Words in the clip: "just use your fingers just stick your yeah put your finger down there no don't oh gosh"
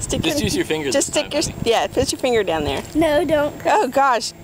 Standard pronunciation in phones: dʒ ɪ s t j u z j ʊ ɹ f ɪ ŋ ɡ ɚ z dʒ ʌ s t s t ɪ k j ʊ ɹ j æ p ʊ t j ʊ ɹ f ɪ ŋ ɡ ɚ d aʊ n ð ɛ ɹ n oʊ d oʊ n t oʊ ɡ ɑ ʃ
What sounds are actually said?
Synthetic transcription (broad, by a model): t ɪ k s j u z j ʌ ɹ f ɪ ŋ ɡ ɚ dʒ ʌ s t s t ɪ k j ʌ ɹ j æ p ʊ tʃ j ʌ ɹ f ɪ ŋ ɡ ɚ d aʊ n ð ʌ ɹ n oʊ d oʊ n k oʊ ɡ ɑ ʃ